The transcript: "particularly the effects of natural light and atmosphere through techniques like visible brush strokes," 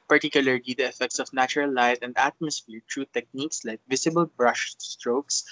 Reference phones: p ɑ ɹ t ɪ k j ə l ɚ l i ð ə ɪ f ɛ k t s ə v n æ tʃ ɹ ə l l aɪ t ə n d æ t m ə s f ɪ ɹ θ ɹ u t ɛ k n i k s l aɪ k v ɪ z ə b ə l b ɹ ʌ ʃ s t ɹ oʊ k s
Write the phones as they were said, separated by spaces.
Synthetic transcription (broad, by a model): p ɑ ɹ t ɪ k j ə l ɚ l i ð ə ɪ f ɛ k t s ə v n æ tʃ ɹ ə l l aɪ t ə n d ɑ t m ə s f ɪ ɹ t ɹ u t ɛ k n i k s l aɪ k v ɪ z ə b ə l b ɹ ʌ ʃ s t ɹ oʊ k s